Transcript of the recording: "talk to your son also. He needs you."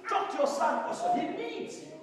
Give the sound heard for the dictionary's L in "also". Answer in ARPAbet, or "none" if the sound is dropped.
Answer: none